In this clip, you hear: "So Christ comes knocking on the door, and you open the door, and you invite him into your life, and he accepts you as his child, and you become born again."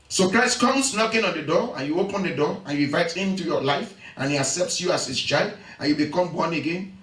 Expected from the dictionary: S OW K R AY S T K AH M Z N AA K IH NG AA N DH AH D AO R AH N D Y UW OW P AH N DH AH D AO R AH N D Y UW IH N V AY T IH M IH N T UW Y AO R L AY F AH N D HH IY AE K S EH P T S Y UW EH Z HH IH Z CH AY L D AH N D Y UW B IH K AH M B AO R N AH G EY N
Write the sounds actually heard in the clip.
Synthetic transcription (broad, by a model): S OW K R AY S T K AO M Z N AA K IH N AA N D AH D AO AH N Y UW OW P AH N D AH D AO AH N Y UW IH V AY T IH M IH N T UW Y AO L AY F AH N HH IY AE K S EH P T S Y UW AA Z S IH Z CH AY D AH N Y UW B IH K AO M B AO N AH G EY N